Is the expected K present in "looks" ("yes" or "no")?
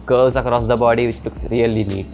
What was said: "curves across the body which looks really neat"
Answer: yes